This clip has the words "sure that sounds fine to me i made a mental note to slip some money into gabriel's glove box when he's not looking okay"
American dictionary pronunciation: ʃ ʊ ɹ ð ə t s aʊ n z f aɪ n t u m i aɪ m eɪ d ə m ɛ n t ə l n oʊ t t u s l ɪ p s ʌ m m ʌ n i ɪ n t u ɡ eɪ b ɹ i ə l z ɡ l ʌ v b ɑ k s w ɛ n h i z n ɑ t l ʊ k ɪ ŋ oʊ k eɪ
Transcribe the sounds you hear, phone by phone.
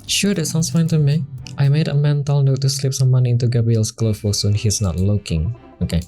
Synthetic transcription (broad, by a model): ʃ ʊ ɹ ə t s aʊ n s f aɪ n t u m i aɪ m eɪ d ə m ɛ n t ə l n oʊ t t u s l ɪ p s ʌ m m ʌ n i ɪ n t u ɡ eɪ b ɹ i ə l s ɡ l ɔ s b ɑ s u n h i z n ɑ t l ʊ k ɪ ŋ oʊ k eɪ